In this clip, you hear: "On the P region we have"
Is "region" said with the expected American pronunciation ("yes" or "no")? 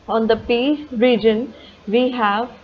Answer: yes